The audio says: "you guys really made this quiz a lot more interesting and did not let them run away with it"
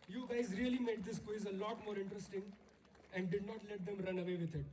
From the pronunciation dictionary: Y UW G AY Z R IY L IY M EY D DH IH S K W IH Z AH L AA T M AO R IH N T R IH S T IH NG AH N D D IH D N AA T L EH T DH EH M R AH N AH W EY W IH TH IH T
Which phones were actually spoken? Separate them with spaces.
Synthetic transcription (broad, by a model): Y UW G AY Z R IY L IY M EY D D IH S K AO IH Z AH L AA T M AO R IH N T R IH S T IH NG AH N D D IH D N AA T L EH T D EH M R AH N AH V EY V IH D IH T